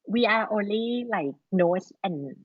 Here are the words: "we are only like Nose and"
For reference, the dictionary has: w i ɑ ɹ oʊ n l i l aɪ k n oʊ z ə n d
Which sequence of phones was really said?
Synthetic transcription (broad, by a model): w i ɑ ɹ oʊ n l i l aɪ k n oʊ s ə n